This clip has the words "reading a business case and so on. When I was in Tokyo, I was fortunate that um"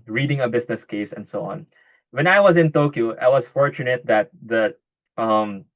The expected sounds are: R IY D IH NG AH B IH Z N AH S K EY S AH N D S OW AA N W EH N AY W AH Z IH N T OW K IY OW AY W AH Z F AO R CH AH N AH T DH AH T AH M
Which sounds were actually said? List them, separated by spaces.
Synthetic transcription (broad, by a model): R IY D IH NG AH B IH S N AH S K EY S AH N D S OW AA N W EH N AY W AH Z IH N T OW K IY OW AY W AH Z F AO R CH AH N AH T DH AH T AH M